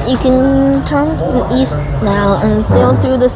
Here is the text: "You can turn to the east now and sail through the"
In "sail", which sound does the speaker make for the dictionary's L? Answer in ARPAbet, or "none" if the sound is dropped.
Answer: L